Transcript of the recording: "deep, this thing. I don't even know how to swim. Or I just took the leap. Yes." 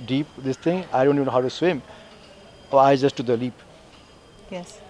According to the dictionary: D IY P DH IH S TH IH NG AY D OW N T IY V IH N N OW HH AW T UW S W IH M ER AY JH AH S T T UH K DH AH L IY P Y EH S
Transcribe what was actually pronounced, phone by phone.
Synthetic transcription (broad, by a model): D IY P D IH S T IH NG AY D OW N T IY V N N OW HH AW T UW S W IH M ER AY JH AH S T T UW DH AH L IY P Y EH S